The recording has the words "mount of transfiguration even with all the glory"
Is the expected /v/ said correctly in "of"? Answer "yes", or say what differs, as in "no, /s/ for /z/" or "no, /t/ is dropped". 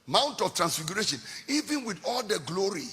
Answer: no, /f/ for /v/